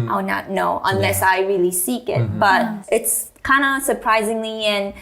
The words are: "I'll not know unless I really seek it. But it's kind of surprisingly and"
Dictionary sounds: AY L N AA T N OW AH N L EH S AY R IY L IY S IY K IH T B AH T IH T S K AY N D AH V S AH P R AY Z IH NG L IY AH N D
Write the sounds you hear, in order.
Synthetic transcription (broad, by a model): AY N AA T N OW AH N L EH S AY R IY L IY S IY K IH T B AH T IH T S K AY N D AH S AH P R AY Z IH NG L IY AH N